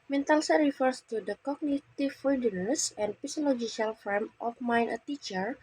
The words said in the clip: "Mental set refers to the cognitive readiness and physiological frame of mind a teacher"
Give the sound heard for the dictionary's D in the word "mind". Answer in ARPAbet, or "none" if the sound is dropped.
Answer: none